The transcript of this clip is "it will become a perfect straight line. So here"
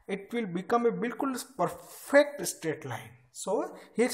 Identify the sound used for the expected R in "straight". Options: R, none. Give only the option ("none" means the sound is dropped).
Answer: none